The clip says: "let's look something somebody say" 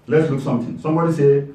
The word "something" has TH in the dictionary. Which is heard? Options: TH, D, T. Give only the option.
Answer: T